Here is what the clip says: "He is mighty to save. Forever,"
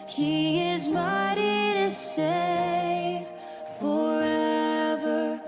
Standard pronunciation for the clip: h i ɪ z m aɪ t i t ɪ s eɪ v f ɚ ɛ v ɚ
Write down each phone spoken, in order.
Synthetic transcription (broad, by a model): h i ɪ z m aɪ t i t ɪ s eɪ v f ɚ ɛ v ɚ